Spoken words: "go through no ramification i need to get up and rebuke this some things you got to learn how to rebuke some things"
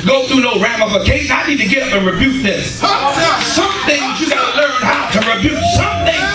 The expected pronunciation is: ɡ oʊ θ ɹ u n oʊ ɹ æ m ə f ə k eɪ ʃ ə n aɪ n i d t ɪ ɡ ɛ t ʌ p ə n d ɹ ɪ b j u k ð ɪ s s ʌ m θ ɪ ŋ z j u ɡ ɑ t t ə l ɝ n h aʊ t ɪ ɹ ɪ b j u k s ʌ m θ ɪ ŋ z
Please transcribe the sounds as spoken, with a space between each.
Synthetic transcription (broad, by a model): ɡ oʊ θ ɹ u n oʊ ɹ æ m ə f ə k eɪ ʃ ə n aɪ n i d t ɪ ɡ ɛ t ʌ p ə n ɹ ɪ b j u k ð ɪ s s ʌ m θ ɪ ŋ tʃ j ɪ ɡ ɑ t t ə l ɝ n h aʊ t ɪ ɹ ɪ b j u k s ʌ m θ ɪ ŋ